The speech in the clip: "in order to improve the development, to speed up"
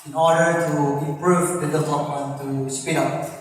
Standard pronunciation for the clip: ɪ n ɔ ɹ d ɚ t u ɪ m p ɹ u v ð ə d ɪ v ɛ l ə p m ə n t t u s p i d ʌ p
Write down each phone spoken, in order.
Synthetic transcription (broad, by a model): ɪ n ɔ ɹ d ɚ t u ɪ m p ɹ u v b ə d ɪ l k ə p ə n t t u s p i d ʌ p